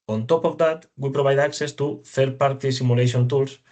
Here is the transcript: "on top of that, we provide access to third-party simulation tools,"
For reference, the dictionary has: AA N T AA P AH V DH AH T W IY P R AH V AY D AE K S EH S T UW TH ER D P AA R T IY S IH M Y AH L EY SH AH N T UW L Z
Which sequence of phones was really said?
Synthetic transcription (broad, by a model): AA N T AA P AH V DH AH T W IY P R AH B AY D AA K S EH S T UW TH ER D P AA R T IY S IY M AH L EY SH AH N T UW L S